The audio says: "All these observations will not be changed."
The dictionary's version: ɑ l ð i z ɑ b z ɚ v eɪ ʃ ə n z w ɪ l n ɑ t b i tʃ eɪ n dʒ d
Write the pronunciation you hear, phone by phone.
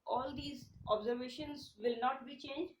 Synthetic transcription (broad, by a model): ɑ l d i z ɑ b z ɚ v eɪ ʃ ə n z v ɪ l n ɑ t b i tʃ eɪ n dʒ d